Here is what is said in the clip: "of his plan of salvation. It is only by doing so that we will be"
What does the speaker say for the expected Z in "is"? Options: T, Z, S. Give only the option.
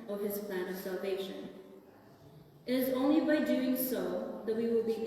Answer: Z